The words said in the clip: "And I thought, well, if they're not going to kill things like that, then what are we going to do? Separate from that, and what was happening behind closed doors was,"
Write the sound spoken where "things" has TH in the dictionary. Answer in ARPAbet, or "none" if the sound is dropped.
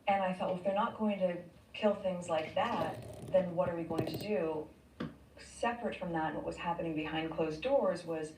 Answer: TH